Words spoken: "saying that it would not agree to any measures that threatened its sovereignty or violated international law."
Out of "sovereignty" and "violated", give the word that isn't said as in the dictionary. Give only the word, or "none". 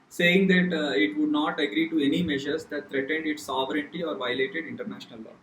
none